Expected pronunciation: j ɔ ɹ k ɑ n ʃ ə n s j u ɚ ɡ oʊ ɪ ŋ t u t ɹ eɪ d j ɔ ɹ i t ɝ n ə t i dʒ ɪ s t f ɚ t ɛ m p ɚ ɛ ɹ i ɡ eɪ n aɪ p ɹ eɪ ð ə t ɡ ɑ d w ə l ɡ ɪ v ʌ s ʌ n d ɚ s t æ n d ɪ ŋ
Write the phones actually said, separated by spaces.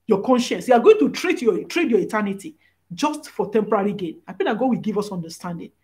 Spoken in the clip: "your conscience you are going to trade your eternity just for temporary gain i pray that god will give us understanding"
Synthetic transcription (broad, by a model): j ɔ k ɑ n ʃ ə n s j u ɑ ɡ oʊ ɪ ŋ t u t ɹ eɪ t j ɔ ɹ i t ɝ n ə t i dʒ ɪ s t f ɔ t ɛ m p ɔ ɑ ɹ i ɡ eɪ n aɪ p ɹ eɪ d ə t ɡ ɑ d w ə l ɡ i v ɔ s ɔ n d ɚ s t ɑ n d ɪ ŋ